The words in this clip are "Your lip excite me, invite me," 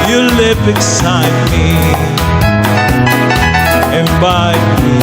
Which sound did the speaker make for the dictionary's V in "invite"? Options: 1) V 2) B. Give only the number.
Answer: 2